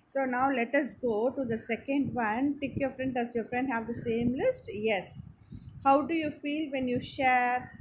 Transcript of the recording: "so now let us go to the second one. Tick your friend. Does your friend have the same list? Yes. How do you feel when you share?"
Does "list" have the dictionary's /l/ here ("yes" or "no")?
yes